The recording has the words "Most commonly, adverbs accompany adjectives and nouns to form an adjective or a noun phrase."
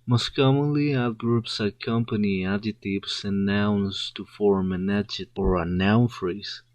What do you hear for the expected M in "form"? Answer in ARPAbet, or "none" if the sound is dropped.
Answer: M